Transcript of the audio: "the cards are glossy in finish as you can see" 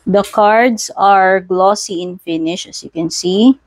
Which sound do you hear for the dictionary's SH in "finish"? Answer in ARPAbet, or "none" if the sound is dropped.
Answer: SH